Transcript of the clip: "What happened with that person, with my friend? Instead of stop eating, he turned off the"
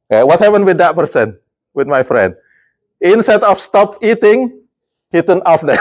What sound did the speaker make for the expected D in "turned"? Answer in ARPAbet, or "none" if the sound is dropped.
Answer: none